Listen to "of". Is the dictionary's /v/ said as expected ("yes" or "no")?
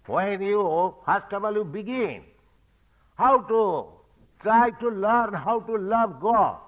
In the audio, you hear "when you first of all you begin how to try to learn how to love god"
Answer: no